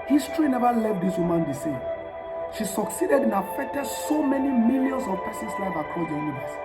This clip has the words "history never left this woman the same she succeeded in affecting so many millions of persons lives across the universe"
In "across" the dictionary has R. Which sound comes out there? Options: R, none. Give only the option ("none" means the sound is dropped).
none